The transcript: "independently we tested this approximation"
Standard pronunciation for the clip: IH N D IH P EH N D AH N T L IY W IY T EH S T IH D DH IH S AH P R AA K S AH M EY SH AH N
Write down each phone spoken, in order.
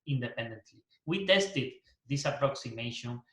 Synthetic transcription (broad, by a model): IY N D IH P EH N D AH N T L IY W IY T EH S T IH D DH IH S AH P R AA K S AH M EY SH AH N